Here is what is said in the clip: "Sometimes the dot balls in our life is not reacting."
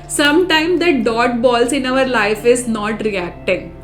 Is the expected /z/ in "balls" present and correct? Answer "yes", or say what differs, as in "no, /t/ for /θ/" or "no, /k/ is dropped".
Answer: no, /s/ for /z/